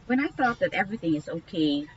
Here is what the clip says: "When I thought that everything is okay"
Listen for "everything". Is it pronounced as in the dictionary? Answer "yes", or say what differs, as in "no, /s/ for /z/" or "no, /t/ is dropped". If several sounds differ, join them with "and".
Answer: yes